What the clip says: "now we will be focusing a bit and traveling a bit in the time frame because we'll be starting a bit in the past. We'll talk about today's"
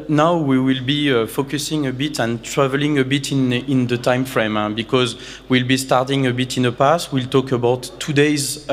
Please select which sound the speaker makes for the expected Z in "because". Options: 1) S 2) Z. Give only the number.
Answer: 2